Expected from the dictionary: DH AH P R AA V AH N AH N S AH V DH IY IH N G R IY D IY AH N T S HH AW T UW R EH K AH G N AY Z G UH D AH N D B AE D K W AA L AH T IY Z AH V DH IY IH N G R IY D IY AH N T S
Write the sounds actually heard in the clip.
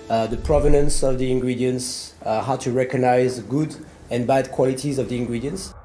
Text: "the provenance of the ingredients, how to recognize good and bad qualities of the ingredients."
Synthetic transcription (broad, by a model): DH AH P R AA V AH N AH N S AH V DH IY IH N G R IY D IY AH N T S HH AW T UW R EH K AH G N AY Z G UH D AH N B AE D K W AA L AH T IY Z AH V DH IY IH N G R IY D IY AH N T S